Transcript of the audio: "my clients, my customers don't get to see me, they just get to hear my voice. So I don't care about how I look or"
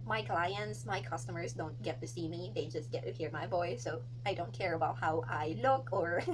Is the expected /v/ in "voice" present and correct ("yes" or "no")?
no